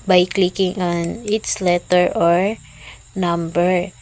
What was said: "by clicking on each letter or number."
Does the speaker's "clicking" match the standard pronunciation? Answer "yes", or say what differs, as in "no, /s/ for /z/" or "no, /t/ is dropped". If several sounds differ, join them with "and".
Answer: yes